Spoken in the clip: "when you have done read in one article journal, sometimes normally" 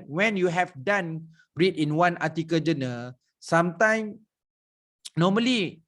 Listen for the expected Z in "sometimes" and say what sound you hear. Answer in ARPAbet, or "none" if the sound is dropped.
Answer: none